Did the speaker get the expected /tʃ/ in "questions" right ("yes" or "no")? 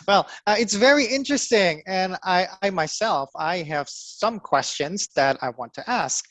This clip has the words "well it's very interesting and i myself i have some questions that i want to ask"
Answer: yes